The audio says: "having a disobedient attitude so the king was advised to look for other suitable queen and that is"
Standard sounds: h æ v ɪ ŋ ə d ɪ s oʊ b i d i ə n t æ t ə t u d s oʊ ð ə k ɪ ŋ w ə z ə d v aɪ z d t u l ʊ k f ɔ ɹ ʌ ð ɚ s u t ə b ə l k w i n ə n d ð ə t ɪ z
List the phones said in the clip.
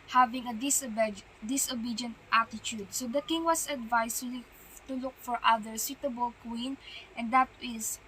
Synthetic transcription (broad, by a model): h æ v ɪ ŋ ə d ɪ s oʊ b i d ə n t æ t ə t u d s oʊ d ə k ɪ ŋ w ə s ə d v aɪ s t u l ʊ k f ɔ ɹ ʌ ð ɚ s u t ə b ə l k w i n ə n d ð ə t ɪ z